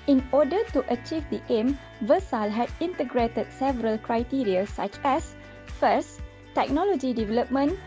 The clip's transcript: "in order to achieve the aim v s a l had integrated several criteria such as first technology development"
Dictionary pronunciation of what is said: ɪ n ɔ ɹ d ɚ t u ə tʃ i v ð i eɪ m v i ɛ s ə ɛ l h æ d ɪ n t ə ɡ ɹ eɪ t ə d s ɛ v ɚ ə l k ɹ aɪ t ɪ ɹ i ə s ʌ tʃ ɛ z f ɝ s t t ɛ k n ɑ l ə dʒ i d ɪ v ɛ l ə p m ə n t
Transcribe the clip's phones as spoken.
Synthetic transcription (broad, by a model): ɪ n ɔ d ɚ t u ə tʃ i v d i eɪ m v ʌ s ə l h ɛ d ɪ n t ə ɡ ɹ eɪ t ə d s ɛ v ɚ ə l k ɹ aɪ t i ɹ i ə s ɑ tʃ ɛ s f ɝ s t t ɛ k n ɑ l ə dʒ i d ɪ v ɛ l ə p m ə n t